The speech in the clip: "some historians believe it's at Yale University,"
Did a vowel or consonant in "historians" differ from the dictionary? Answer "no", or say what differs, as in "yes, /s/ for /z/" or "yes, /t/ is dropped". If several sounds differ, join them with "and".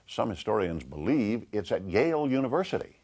no